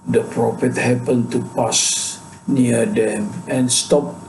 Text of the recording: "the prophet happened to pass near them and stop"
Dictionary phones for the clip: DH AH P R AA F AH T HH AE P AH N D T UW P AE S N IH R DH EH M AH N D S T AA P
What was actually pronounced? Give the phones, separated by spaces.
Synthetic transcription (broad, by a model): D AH P R AA F AH T HH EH P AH N T UW P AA S N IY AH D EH M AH N S T AA P